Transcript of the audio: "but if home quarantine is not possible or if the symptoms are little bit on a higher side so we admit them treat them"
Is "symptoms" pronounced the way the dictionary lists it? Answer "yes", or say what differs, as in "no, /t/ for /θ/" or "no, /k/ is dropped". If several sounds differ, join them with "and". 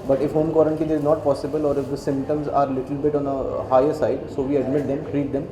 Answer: yes